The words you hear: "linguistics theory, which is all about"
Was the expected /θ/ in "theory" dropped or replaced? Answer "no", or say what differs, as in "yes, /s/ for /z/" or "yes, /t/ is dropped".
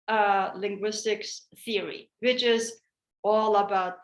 no